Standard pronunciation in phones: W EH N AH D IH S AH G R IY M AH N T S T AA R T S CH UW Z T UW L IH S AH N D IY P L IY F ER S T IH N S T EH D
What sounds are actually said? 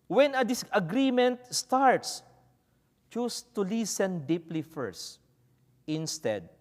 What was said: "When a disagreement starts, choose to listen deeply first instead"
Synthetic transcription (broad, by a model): W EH N AH D IH S AH G R IY M AH N T S T AA R T S CH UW S T UW L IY S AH N D IY P L IY F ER S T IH N S T EH D